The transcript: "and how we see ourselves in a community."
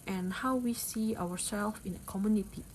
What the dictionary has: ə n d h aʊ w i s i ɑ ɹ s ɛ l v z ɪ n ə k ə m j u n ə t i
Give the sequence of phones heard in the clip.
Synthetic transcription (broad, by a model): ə n h aʊ w i s i ɑ w s ɛ l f ɪ n ə k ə m j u n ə t i